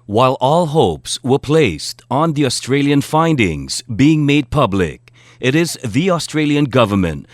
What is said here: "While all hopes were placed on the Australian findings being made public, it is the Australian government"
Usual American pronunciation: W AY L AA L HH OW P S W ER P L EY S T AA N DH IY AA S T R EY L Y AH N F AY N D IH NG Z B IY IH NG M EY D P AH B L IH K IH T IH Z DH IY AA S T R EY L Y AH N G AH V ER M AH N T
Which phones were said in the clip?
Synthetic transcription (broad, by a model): W AY L AA L HH OW P S W ER P L EY S T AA N DH IY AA S T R EY L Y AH N F AY N D IH NG Z B IY IH NG M EY D P AH B L IH K IH T IH Z DH IY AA S T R EY L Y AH N G AH V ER M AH N T